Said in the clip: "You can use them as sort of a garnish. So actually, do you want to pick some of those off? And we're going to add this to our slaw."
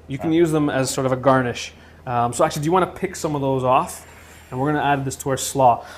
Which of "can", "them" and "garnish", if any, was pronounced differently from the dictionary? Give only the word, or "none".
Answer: none